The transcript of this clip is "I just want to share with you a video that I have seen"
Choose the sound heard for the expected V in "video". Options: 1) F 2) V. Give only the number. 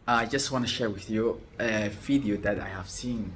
1